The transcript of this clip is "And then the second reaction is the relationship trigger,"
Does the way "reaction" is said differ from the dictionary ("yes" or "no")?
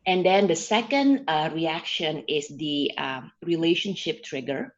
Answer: no